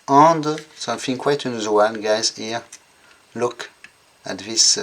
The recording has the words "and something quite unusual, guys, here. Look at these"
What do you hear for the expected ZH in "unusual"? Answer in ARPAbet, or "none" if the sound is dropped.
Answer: Z